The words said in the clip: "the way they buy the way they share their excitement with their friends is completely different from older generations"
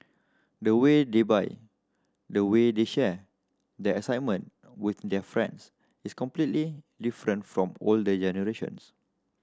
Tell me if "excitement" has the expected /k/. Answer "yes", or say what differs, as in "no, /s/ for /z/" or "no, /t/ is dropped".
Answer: no, /k/ is dropped